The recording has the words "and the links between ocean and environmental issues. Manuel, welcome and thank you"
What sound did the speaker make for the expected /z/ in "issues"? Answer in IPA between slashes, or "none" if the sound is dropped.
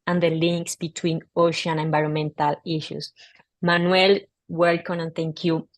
/s/